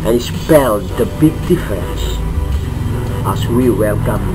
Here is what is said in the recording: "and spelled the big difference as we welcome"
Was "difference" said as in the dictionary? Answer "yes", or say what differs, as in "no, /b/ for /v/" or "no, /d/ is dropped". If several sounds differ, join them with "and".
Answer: no, /ɹ/ is dropped